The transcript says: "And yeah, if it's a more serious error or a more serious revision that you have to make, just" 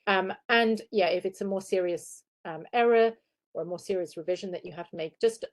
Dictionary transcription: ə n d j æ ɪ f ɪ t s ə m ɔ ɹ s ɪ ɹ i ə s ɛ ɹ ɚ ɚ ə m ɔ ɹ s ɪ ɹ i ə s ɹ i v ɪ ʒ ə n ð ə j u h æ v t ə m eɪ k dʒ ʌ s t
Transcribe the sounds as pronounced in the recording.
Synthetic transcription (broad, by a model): ə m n j æ ɪ f ɪ t s ə m ɔ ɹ s ɪ ɹ i ə s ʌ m ɚ ɚ ə m ɔ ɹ s ɪ ɹ i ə s ɹ i v ɪ ʒ ə n ð ə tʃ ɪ h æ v t ə m eɪ k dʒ ʌ s t